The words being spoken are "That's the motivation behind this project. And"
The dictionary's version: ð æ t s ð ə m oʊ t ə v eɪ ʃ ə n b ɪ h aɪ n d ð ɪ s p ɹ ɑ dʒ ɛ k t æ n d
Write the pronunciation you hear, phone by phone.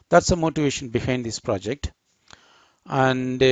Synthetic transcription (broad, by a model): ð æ t s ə m oʊ t ə v eɪ ʃ ə n b ɪ h aɪ n d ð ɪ s p ɹ ɑ dʒ ɛ k t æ n d